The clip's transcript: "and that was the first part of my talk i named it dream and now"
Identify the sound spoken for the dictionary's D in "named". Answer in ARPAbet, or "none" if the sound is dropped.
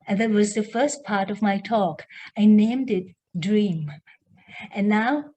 D